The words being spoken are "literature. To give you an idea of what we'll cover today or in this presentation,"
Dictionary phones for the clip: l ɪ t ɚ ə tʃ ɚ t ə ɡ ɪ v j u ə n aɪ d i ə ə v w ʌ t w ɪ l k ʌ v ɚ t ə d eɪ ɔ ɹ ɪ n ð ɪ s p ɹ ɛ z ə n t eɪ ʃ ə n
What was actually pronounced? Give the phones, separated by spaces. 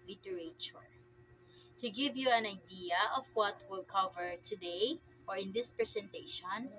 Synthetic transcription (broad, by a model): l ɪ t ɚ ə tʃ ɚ t ə ɡ ɪ v j u ə n aɪ d i ə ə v w ʌ t w ɪ l k ʌ v ɚ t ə d eɪ ɔ ɹ ɪ n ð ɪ s p ɹ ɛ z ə n t eɪ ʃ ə n